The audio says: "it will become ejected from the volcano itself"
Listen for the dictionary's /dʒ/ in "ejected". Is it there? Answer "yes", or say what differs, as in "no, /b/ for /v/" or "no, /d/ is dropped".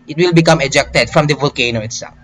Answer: yes